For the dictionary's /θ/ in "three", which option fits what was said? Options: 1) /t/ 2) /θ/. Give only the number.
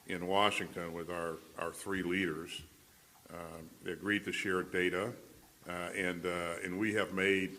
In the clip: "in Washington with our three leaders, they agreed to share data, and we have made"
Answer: 2